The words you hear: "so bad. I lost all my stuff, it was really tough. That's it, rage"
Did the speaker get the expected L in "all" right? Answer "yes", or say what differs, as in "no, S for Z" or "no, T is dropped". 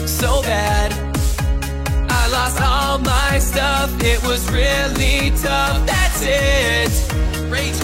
yes